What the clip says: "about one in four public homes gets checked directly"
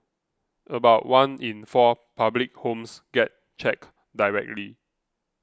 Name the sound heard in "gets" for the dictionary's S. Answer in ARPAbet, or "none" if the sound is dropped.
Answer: none